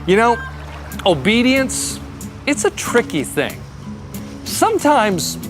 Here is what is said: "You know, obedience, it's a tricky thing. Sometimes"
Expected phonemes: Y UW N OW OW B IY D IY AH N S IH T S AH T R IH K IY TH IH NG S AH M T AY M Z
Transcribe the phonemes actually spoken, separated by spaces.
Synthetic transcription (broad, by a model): Y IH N OW OW B IY D IY AH N S IH T S AH T R IH K IY TH IH NG S AH M T AY M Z